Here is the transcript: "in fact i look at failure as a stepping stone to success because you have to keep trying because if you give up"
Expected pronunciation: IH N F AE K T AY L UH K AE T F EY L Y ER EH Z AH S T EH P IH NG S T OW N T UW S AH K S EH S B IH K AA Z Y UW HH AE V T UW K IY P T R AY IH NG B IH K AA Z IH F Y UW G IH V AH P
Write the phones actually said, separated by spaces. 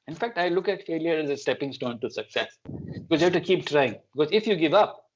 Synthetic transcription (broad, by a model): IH N F AE K T AY L UH K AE T F EY L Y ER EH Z AH S T EH P IH NG S T OW N T UW S AH K S EH S B IH K AA Z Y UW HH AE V T UW K IY P T R AY IH NG B IH K AA Z IH F Y UW G IH V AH P